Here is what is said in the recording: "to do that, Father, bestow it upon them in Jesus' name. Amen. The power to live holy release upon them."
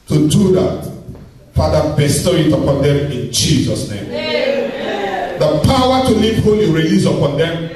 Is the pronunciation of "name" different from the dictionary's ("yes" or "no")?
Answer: yes